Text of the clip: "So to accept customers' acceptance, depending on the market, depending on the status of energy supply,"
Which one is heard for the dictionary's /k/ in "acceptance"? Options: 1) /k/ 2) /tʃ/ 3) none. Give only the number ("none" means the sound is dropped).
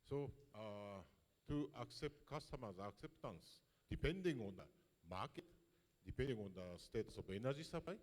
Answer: 1